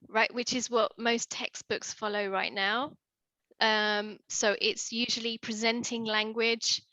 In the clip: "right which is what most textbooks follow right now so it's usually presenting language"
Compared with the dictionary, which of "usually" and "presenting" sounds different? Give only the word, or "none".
none